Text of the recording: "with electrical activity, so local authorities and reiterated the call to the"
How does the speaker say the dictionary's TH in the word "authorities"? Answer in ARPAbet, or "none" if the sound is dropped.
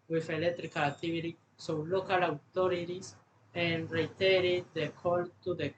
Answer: T